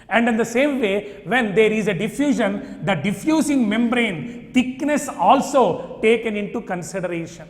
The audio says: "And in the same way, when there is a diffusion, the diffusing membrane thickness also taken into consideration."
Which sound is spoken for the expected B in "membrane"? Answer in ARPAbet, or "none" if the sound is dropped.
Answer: B